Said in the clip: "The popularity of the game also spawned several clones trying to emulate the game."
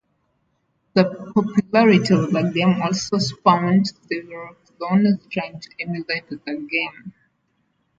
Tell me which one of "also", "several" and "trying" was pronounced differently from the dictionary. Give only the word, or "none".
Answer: several